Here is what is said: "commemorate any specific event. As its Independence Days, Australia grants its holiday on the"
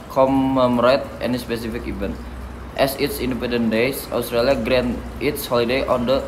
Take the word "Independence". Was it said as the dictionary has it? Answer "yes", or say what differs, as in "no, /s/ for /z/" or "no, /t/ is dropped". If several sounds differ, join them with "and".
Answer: no, /s/ is dropped